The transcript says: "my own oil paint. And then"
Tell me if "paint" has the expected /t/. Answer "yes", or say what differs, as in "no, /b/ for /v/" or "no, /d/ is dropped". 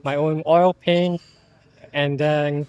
no, /t/ is dropped